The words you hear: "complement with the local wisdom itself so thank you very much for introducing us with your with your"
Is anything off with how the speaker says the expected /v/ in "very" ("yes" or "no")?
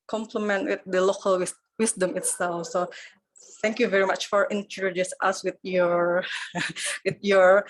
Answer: no